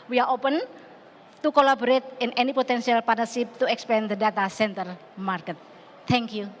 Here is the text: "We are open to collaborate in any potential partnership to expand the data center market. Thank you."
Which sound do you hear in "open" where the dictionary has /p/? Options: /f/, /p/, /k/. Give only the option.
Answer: /p/